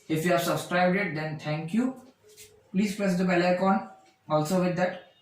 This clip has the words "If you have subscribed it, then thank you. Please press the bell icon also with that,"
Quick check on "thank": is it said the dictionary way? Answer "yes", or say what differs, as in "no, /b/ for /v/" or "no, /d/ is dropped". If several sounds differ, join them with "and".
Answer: no, /t/ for /θ/